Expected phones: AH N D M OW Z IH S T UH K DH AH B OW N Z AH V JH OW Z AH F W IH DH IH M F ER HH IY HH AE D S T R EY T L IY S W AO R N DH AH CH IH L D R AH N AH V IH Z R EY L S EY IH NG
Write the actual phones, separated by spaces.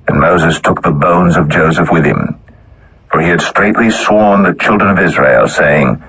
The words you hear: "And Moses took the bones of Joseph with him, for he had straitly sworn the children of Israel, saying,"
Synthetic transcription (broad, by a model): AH N M OW Z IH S T UH K DH AH B OW N Z AH V JH OW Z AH F W IH DH IH M F ER IY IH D S T R EY T L IY S W AO R N DH AH CH IH L D R AH N AH V IH Z R EY L S EY IH NG